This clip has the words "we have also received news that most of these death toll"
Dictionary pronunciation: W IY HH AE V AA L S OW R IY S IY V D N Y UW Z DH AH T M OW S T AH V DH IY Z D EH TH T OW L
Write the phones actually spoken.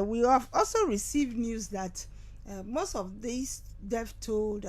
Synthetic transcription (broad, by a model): W IY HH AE V AA L S OW R IY S IY V D N Y UW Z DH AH T M OW S T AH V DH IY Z D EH F T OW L